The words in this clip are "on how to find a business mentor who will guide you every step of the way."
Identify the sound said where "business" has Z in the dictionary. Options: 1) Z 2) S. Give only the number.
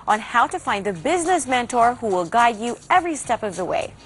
1